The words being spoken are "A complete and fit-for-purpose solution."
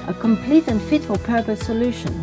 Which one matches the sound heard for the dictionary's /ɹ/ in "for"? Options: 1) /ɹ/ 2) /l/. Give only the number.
2